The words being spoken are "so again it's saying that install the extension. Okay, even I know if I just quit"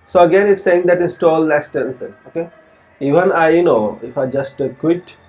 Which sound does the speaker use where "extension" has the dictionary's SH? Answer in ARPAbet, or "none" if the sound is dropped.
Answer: S